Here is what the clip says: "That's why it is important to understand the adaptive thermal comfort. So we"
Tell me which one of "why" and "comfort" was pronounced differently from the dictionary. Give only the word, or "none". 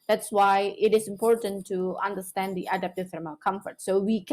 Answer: none